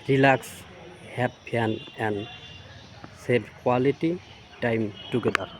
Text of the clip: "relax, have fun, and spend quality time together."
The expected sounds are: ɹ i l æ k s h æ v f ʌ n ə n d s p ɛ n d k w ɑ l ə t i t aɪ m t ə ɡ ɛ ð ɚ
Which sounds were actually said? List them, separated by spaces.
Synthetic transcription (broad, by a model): ɹ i l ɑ k s h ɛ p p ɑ n ə n d s ɛ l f k w ɑ l ə t i t aɪ m t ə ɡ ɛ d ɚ